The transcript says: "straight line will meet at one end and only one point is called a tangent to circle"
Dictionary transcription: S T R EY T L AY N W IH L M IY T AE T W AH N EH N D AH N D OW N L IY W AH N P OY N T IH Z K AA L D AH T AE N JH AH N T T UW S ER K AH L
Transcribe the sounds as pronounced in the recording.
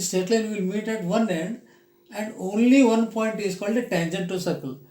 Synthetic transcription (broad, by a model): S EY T L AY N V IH L M IY T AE T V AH N EH N D AH N D OW N L IY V AH N P OY N T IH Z K AA L D AH T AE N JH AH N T T UW S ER K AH L